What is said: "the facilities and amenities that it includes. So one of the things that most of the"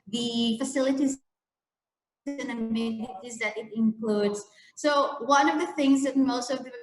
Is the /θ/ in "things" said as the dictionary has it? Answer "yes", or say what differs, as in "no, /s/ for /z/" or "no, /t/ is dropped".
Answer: yes